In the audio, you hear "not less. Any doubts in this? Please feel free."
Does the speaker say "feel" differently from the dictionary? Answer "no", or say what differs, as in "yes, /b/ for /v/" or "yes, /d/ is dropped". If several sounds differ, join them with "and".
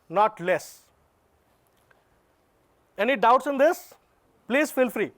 no